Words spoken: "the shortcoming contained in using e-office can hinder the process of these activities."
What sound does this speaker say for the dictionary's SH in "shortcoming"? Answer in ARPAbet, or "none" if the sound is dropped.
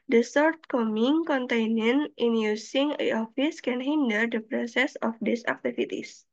S